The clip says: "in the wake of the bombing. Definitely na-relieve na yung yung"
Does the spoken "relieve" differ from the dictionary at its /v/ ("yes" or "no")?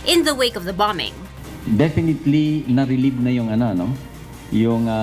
yes